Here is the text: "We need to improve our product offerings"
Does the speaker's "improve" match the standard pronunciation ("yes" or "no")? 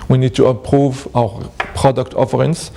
no